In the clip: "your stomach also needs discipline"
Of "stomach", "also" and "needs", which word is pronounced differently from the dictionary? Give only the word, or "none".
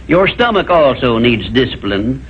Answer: none